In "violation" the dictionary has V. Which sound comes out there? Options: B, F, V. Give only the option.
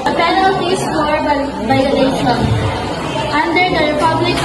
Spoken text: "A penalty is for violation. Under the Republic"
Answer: B